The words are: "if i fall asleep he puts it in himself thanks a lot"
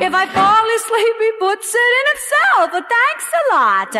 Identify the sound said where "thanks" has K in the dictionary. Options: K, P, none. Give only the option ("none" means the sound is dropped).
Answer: K